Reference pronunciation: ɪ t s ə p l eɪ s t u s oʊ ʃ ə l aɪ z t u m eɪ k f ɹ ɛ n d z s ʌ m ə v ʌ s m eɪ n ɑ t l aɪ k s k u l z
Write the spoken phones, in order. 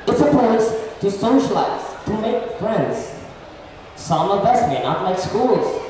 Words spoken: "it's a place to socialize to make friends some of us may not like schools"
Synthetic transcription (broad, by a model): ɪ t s ə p ɔ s t u s oʊ ʃ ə l aɪ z t u m eɪ k f ɹ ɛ n d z s ʌ m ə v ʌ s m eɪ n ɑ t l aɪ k s k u l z